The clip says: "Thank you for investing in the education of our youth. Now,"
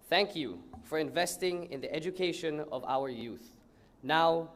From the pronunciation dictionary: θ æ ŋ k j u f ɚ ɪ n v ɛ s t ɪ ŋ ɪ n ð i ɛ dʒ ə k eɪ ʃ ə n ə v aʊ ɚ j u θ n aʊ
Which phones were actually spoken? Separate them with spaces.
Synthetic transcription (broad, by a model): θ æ ŋ k j u f ɚ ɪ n v ɛ s t ɪ ŋ ɪ n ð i ɛ dʒ ə k eɪ ʃ ə n ə v aʊ ɚ j u θ n aʊ